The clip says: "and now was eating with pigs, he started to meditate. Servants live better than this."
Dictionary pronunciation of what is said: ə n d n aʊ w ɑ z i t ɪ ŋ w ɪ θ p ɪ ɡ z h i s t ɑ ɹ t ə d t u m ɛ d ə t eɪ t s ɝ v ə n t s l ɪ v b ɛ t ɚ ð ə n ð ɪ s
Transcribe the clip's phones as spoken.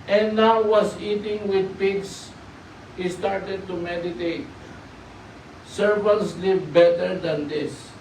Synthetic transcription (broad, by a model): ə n n aʊ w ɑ s i t ɪ ŋ w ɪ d p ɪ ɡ s h i s t ɑ ɹ t ə d t u m ɛ d ə t eɪ t s ɝ v ə n t s l ɪ v b ɛ t ɚ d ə n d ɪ s